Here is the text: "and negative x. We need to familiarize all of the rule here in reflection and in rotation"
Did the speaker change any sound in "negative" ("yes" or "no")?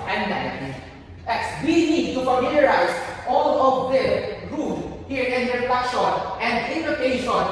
yes